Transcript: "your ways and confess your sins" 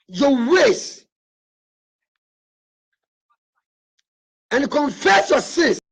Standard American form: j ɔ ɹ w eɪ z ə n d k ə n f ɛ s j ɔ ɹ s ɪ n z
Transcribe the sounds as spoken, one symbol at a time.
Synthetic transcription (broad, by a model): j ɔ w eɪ s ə n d k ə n f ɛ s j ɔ s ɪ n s